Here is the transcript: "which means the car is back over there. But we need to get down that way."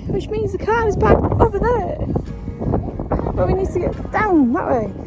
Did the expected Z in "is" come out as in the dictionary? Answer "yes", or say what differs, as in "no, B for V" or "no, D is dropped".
yes